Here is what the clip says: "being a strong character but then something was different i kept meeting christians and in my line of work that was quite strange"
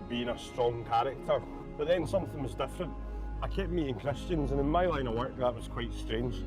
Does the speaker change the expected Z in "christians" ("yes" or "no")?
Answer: no